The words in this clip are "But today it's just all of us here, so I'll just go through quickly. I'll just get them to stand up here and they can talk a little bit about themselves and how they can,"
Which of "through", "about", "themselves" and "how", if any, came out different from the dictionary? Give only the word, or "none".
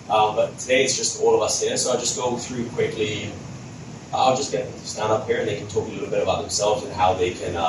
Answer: none